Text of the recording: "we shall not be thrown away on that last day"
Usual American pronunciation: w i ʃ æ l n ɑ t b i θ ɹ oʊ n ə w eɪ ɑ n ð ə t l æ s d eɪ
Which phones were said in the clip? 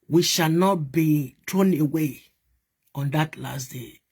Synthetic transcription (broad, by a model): w i ʃ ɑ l n ɑ t b i t ɹ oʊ n ə w eɪ ɑ n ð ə t l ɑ s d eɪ